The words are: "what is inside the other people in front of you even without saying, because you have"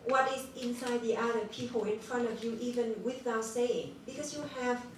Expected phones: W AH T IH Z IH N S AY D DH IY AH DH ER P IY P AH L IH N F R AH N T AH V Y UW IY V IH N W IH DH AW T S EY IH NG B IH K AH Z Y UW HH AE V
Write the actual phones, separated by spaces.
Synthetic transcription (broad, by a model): W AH T IH Z IH N S AY D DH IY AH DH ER P IY P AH L IH N F R AH N T AH V Y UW IY V IH N W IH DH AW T S EY IH NG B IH K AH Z Y UW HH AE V